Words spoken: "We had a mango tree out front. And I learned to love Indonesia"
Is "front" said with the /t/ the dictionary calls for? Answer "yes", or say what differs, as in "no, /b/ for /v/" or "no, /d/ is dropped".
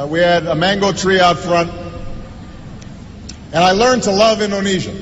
yes